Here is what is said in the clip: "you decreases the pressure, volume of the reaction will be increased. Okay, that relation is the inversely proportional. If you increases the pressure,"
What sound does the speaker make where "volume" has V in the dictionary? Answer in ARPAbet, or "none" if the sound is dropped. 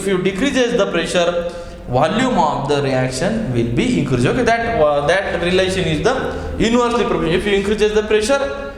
V